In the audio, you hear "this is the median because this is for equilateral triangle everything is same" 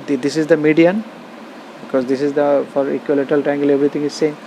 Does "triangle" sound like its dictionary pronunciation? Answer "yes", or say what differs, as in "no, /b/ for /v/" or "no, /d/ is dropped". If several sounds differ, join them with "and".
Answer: no, /ɹ/ is dropped